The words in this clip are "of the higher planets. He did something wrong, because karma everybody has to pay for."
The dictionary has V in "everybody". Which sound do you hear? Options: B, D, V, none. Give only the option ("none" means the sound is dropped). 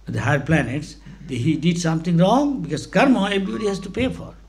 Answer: B